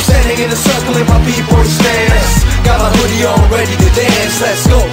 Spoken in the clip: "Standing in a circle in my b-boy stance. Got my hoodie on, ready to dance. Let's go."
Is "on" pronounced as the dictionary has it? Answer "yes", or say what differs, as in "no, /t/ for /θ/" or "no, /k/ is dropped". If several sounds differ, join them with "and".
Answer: no, /l/ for /n/